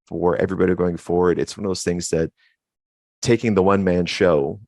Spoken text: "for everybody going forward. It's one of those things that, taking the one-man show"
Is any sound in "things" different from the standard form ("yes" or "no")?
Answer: no